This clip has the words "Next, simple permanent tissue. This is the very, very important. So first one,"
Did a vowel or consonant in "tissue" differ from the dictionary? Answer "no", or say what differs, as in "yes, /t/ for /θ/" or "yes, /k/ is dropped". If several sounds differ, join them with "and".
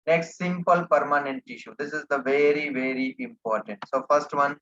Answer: no